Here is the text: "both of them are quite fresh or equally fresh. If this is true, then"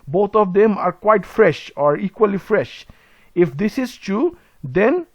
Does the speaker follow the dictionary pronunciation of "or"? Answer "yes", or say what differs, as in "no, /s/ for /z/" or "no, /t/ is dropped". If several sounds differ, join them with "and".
yes